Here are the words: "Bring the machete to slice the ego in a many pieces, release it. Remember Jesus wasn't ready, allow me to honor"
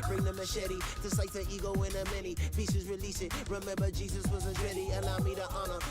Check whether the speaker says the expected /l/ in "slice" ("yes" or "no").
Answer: no